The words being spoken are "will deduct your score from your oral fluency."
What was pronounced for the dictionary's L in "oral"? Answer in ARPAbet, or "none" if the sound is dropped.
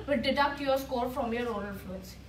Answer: N